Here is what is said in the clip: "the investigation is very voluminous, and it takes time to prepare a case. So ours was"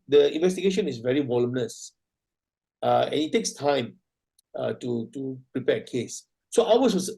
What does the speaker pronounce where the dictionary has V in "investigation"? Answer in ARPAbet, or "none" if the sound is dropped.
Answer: V